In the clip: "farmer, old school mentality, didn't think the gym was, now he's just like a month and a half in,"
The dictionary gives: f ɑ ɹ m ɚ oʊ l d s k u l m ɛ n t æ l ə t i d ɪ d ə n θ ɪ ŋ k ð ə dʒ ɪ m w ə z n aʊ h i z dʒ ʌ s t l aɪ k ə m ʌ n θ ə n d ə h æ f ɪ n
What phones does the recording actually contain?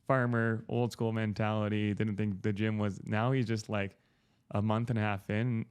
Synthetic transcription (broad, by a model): f ɑ ɹ m ɚ oʊ l d s k u l m ɛ n t æ l ə t i d ɪ d n θ ɪ ŋ k ð ə dʒ ɪ m w ə z n aʊ h i z dʒ ʌ s t l aɪ k ə m ʌ n θ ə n h æ f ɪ n